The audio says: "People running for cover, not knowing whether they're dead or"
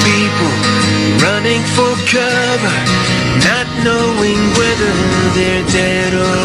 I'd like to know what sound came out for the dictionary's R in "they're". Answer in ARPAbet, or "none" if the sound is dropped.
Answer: R